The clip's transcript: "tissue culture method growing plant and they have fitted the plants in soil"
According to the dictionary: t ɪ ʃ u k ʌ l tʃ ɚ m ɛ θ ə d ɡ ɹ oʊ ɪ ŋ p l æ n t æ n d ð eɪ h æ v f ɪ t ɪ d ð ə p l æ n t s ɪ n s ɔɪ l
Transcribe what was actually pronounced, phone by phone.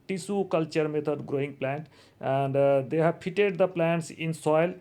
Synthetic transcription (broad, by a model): t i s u k ʌ l tʃ ɚ m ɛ t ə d ɡ ɹ oʊ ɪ ŋ p l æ n t æ n d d eɪ h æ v p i t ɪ d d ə p l æ n t s ɪ n s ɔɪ l